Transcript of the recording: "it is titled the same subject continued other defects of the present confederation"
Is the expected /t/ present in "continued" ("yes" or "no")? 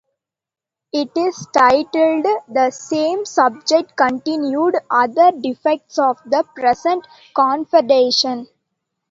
yes